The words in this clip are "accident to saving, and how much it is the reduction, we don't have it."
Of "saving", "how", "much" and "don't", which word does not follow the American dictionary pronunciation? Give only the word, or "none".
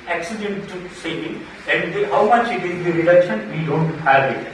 saving